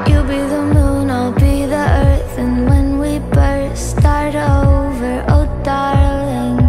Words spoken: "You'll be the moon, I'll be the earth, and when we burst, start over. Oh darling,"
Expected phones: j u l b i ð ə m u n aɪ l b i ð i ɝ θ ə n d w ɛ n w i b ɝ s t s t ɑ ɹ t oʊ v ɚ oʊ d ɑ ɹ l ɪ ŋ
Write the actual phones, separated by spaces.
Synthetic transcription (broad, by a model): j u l b i ð ə m u n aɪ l b i ð i ɝ θ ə n w ɛ n w i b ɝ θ s t ɑ ɹ t oʊ v ɚ oʊ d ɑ ɹ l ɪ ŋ